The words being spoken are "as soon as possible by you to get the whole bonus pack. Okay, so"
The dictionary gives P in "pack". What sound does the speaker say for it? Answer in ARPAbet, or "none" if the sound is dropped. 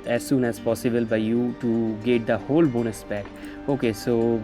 B